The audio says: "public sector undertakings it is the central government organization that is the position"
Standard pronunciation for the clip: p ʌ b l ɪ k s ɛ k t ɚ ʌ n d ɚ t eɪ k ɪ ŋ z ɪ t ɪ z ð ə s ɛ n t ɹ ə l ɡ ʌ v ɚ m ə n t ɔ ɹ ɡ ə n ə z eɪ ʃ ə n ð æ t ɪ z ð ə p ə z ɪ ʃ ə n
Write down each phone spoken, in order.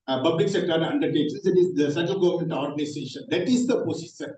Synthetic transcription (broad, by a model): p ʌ b l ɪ k s ɛ k t ɚ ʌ n d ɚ t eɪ k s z ɪ t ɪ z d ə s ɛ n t ə l ɡ ʌ v ɚ m ə n t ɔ ɹ ɡ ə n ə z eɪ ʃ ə n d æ t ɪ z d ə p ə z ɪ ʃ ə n